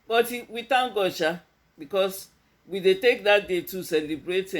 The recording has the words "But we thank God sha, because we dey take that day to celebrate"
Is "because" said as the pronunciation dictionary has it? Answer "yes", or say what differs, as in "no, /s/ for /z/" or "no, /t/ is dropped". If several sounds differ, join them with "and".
no, /s/ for /z/